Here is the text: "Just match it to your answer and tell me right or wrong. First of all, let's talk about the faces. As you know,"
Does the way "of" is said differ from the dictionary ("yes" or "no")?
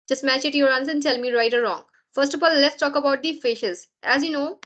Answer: yes